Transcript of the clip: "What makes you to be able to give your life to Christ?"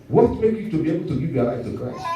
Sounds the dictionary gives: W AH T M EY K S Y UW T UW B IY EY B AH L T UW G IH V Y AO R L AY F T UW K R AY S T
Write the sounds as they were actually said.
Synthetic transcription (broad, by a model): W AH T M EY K Y UW T UW B IY EY B AH L T UW G IH V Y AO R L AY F T UW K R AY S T